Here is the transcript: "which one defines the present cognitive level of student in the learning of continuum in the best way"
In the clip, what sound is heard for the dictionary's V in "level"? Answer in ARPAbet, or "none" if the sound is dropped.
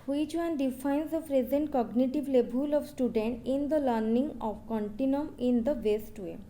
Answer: B